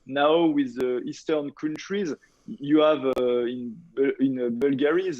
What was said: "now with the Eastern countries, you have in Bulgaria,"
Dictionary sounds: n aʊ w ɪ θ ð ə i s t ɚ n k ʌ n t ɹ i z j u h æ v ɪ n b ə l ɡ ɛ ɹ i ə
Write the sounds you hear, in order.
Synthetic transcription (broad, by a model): n aʊ w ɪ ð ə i s t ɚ n k ʌ n t ɹ i z j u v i b ɪ n b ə l ɡ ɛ ɹ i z